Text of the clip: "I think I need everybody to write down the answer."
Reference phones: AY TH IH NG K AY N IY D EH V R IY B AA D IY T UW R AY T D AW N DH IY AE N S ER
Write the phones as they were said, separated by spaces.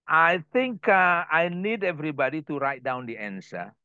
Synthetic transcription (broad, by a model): AY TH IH NG K AY N IY D EH V R IY B AA D IY T UW R AY T D AW N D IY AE N S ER